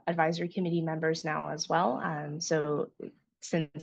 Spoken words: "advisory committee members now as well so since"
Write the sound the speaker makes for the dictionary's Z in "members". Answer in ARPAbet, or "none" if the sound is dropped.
Z